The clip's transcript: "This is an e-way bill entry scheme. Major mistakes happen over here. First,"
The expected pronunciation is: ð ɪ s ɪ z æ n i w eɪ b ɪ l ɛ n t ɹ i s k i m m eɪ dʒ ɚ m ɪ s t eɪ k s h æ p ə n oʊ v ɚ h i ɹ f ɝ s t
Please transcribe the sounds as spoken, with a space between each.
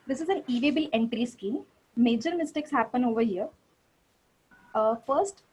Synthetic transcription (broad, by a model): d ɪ s ɪ z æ n i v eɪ b ɪ l ɛ n t ɹ i s k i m m eɪ dʒ ɚ m ɪ s t eɪ k s h æ p ə n oʊ v ɚ h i ɹ f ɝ s t